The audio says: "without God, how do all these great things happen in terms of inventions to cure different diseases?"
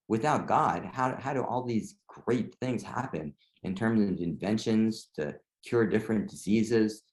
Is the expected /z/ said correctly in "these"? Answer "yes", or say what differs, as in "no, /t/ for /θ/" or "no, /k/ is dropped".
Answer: yes